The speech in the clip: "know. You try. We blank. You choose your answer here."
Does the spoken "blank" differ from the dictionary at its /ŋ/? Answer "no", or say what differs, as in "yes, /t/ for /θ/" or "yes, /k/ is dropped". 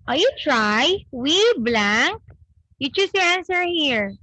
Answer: no